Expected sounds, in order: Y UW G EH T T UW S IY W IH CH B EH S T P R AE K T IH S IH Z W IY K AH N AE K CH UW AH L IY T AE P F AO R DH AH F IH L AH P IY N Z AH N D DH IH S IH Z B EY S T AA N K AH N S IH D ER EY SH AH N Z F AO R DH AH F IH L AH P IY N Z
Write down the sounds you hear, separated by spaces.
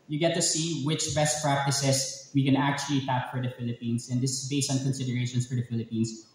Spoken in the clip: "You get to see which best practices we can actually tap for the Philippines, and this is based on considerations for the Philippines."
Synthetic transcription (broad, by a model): Y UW G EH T T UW S IY W IH CH B EH S T P R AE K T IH S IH S W IY K AH N AE K CH UW AH L IY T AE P F AO R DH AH F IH L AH P IY N S AH N D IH S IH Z B EY S T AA N K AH N S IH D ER EY SH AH N S F AO R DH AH F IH L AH P IY N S